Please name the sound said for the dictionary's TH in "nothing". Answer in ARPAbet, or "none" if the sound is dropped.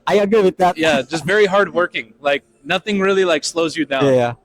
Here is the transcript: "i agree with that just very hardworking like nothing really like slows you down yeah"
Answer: TH